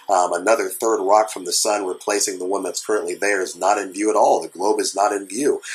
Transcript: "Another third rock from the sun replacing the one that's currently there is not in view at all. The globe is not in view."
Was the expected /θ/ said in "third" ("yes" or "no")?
yes